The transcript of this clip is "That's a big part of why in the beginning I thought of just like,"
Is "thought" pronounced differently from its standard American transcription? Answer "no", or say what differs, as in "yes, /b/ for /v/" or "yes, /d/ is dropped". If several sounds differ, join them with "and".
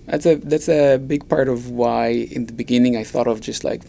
no